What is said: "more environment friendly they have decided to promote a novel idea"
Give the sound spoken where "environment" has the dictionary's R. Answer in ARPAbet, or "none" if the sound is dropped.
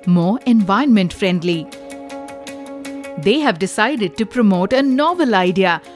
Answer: none